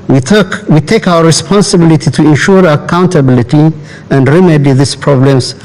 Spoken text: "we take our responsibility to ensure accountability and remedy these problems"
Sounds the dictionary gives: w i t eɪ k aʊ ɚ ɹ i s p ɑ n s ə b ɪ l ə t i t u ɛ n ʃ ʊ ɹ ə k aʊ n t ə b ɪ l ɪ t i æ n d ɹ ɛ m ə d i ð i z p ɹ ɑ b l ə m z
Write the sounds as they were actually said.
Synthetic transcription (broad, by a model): w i t eɪ k aʊ ɚ ɹ i s p ɑ n s ə b ɪ l ə t i t u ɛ n ʃ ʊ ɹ ə k aʊ n t ə b ɪ l ɪ t i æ n d ɹ ɛ m ə d i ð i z p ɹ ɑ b l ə m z